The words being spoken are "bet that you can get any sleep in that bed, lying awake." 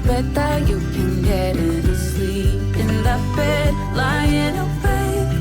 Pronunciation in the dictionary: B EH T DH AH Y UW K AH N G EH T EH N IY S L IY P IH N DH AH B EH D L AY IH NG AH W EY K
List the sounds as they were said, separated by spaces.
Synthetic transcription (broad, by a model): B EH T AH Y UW K AH N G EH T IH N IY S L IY IH N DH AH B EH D L AY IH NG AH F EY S